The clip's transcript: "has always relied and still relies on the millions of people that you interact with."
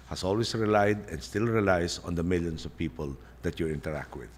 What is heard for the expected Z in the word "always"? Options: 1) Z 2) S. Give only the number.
2